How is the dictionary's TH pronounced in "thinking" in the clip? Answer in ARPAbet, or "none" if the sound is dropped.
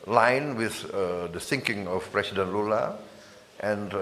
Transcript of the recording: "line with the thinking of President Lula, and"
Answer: S